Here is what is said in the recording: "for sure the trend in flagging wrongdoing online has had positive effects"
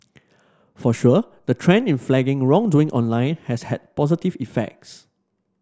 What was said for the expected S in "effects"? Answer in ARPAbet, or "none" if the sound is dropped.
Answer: S